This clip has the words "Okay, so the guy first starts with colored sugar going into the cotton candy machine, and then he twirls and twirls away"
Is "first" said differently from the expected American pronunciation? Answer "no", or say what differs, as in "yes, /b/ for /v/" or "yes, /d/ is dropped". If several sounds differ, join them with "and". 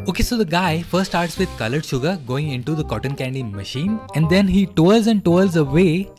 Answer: yes, /s/ is dropped